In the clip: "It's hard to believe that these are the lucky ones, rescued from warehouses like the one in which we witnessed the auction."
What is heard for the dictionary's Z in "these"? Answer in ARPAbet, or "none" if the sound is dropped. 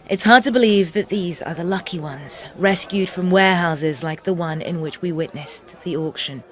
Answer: Z